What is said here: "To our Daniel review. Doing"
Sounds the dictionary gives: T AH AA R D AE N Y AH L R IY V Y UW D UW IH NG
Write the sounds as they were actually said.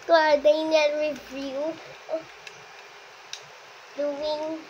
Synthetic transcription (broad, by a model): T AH AA R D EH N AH N R IY V Y UW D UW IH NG